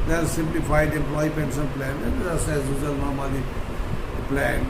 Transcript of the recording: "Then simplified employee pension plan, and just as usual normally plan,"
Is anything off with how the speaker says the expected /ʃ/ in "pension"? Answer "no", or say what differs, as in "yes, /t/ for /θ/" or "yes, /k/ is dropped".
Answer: yes, /s/ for /ʃ/